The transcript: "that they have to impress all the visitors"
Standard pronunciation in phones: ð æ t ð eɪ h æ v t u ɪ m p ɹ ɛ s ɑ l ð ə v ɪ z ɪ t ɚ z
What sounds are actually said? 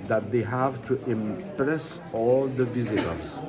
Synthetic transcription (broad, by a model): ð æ t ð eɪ h æ v t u ɪ m p ɹ ɛ s ɑ l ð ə v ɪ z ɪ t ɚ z